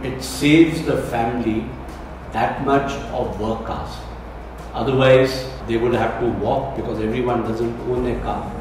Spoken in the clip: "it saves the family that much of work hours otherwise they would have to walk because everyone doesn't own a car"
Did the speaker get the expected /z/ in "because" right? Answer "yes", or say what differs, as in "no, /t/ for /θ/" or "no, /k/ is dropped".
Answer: yes